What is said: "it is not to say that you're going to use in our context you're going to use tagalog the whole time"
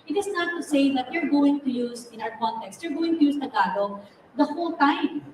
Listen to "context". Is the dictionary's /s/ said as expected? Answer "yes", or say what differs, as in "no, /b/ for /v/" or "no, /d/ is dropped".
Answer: yes